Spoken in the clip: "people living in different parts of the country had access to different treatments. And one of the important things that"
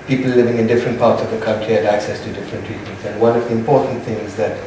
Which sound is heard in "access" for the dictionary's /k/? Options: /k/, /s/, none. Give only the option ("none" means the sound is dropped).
/k/